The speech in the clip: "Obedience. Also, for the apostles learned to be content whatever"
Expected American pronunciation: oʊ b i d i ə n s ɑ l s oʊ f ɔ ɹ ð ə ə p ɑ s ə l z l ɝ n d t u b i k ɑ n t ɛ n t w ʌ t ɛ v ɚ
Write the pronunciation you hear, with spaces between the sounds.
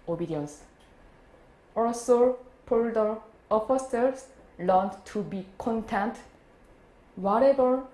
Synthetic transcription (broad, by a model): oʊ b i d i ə n s ɑ l s oʊ p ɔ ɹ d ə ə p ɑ s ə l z l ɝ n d t u b i k ɑ n t ɛ n t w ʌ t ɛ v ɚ